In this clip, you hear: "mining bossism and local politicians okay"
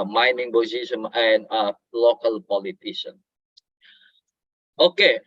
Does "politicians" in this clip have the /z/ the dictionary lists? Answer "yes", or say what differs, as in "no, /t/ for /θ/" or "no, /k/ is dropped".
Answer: no, /z/ is dropped